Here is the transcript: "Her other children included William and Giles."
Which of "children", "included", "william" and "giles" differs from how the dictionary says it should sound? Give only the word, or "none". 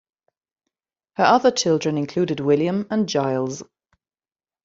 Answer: none